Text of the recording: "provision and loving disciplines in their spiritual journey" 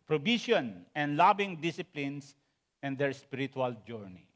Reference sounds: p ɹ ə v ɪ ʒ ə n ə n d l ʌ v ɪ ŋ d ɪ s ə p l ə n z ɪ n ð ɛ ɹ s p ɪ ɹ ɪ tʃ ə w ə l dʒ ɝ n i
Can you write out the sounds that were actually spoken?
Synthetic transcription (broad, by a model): p ɹ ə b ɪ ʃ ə n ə n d l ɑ b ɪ ŋ d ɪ s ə p l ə n s ɪ n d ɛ ɹ s p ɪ ɹ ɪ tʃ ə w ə l dʒ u n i